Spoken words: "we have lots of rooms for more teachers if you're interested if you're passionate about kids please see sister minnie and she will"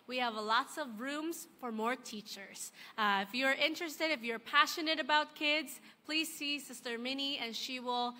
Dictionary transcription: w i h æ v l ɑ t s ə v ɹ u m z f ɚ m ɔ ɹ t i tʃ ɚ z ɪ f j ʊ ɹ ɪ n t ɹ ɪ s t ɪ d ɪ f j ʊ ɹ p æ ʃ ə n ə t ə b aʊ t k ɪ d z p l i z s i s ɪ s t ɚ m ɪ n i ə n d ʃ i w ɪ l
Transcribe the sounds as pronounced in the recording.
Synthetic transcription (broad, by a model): w i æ v l ɑ t s ə v ɹ u m z f ɚ m ɔ ɹ t i tʃ ɚ z ɪ f j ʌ ɹ ɪ n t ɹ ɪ s t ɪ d ɪ f j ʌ ɹ p æ ʃ ə n ə t ə b aʊ t k ɪ d z p l i z s i s ɪ s t ɚ m ɪ n i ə n ʃ i w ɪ l